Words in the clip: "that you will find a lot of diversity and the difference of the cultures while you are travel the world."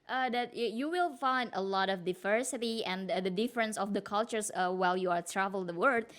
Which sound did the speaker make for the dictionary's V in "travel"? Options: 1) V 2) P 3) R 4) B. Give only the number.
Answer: 1